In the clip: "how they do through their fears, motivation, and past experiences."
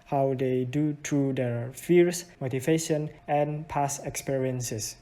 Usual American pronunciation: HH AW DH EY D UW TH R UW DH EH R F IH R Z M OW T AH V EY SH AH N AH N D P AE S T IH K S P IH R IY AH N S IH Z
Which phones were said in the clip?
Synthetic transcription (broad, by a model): HH AW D EY D UW T R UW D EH R F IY R S M OW T AH V EY SH AH N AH N P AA S IH K S P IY R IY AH N S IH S